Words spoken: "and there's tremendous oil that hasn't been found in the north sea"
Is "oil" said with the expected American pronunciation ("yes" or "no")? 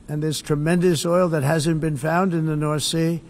yes